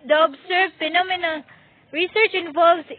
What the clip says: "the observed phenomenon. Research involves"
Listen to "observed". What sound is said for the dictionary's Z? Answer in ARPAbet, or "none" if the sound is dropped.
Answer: S